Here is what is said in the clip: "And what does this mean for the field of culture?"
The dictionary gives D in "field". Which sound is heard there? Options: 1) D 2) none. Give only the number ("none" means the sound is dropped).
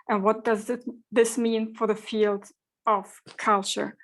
1